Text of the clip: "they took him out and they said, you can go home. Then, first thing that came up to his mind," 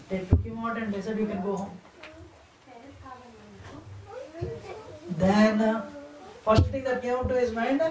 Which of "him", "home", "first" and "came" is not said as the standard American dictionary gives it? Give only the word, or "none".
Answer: came